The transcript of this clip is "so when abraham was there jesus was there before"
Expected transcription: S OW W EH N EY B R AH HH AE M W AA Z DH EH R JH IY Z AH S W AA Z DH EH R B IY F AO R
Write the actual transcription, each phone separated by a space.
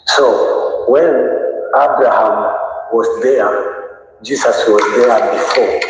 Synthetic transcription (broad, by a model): S OW W EH N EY B R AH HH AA M W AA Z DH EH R JH IY S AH S W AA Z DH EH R B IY F AO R